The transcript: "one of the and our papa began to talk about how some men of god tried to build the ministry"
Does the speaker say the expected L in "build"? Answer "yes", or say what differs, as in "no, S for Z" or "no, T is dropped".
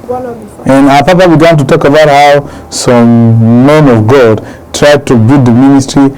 no, L is dropped